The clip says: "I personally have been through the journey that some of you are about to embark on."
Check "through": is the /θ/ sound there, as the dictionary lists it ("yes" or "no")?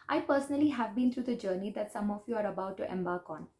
no